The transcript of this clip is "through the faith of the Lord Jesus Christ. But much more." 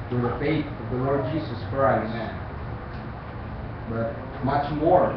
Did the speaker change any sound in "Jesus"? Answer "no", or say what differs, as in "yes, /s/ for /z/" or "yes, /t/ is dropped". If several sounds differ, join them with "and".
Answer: no